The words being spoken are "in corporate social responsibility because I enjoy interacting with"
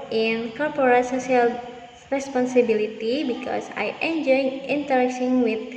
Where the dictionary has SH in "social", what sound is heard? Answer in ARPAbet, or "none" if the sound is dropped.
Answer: S